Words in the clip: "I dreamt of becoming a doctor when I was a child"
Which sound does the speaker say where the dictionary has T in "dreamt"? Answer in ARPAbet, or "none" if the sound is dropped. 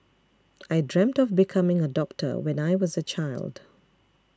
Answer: T